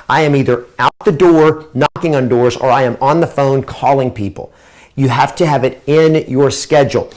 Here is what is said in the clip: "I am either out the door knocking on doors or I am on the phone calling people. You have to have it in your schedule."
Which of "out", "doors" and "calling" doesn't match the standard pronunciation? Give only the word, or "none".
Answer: none